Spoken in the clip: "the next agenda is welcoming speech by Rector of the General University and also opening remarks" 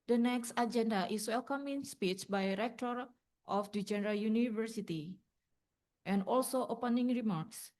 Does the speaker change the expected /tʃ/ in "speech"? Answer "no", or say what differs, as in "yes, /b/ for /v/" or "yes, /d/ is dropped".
no